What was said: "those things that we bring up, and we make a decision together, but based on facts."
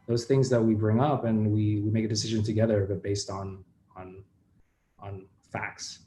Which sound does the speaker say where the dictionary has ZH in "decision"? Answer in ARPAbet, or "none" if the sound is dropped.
ZH